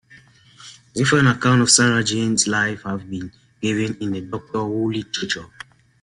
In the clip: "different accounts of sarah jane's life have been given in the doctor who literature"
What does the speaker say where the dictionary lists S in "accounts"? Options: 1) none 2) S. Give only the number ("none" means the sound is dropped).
1